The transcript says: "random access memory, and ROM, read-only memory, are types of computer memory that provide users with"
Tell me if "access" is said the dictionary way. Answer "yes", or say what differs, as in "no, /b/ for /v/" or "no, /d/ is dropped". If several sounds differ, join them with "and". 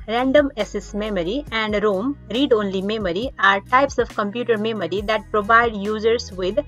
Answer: no, /k/ is dropped